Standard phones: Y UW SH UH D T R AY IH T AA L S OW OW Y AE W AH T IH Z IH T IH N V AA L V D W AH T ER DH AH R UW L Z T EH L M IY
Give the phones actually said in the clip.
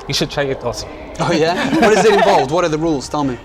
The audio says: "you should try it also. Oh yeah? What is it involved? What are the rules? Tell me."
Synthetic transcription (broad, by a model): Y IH SH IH D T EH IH IH T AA S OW OW Y AE W AH T IH Z IH T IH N V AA L V D W AH T ER DH AH R UW L Z T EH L M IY